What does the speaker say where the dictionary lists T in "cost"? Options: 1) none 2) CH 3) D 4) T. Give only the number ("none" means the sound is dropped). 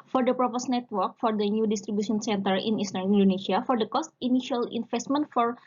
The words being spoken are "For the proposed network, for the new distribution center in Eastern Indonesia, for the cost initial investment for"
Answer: 4